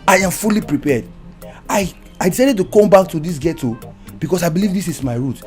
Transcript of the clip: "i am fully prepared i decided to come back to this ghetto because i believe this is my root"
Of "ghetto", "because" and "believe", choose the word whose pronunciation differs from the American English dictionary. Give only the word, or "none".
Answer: because